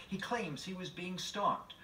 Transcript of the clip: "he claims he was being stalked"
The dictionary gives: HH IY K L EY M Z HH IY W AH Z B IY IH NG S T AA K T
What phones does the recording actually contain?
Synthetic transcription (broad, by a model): HH IY K L EY M Z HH IY W AH Z B IY IH NG S T AA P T